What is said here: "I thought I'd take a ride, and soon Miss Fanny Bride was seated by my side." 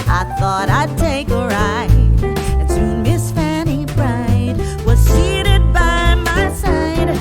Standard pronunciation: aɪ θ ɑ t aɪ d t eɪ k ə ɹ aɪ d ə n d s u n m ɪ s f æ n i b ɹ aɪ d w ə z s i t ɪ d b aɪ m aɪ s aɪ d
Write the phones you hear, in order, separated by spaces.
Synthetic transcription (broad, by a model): aɪ θ ɑ t aɪ d t eɪ k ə ɹ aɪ ə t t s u m ɪ s f æ n i b ɹ aɪ d w ə z s i t ɪ d b aɪ m aɪ s aɪ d